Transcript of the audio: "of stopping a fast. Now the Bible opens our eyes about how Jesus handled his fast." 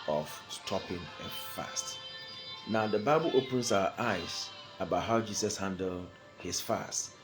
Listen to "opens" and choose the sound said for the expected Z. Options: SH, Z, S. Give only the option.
S